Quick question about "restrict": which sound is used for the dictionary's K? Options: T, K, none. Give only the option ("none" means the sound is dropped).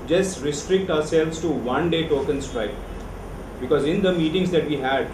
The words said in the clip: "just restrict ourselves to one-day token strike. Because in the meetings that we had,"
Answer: K